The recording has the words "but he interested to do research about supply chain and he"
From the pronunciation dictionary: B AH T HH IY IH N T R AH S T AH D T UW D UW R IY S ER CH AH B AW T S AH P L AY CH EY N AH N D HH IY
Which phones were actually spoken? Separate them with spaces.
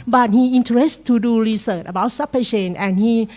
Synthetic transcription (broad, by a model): B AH T HH IY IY N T AH T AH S T UW D UW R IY S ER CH AH B AW T S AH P AY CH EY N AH N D HH IY